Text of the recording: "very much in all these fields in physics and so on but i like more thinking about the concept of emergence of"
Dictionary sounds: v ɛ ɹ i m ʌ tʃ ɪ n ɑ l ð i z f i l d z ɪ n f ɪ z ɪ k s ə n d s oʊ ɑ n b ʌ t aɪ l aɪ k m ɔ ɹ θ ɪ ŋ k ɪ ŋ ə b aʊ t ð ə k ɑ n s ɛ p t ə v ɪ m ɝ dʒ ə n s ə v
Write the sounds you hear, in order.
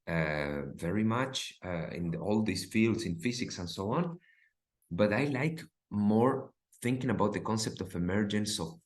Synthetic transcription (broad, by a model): v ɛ ɹ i m ʌ tʃ ɪ n ɑ l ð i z f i l d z ɪ n f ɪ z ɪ k s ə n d s oʊ ɑ n b ʌ t aɪ l aɪ k m ɔ ɹ θ ɪ ŋ k ɪ ŋ ə b aʊ t ð ə k ɑ n s ɛ p t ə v ɪ m ɝ dʒ ə n s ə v